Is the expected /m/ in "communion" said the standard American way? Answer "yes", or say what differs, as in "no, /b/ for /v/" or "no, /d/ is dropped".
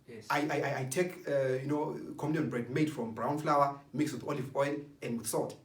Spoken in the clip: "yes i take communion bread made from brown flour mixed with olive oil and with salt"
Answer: no, /m/ is dropped